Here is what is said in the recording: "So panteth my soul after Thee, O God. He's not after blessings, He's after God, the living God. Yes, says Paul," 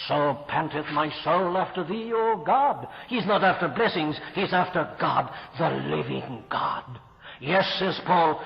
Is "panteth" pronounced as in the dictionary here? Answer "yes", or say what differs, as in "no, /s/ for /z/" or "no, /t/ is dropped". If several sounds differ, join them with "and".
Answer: yes